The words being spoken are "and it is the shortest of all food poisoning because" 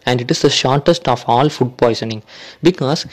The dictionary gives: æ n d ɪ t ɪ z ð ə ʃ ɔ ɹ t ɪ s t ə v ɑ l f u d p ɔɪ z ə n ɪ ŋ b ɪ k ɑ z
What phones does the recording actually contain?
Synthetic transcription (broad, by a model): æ n d ɪ t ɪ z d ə ʃ ɔ ɹ t ɪ s t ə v ɑ l f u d p ɔɪ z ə n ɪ ŋ b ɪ k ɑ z